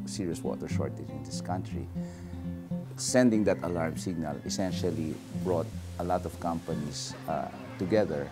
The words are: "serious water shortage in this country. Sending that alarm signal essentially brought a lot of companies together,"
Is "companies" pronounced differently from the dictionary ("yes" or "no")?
yes